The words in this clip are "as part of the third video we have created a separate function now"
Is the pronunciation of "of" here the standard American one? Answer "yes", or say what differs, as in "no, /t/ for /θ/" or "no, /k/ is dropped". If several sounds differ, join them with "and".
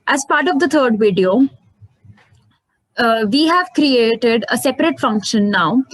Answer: yes